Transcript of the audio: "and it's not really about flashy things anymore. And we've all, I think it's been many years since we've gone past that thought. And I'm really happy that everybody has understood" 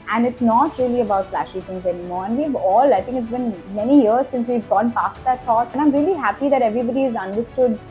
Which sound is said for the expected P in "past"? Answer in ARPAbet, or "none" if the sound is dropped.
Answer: P